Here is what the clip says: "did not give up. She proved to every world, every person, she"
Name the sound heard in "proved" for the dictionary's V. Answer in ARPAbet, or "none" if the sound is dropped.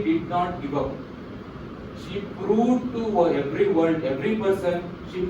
none